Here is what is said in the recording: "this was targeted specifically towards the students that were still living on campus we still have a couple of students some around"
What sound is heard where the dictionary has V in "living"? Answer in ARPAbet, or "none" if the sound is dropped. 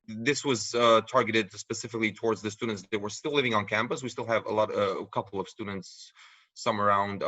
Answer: V